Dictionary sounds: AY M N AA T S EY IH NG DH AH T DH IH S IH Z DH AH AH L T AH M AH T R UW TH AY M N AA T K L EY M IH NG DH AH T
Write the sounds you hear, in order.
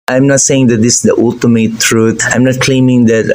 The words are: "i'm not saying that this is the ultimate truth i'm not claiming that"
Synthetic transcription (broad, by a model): AY M N AA T S EY IH NG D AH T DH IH S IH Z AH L T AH M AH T R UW T AY M N AA T K L EY M IH NG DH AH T